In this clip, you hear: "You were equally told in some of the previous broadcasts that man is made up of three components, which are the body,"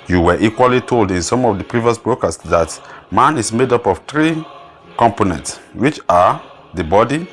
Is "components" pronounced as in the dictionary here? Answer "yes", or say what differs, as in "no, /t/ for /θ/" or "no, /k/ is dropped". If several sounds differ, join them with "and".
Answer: yes